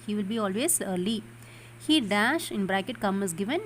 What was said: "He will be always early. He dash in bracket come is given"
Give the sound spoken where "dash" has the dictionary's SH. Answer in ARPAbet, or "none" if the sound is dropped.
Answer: SH